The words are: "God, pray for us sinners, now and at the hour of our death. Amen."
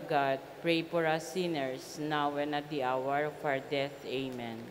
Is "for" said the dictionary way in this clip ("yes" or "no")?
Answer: no